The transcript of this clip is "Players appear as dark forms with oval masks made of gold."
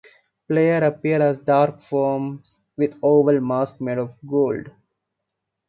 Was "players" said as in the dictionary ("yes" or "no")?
no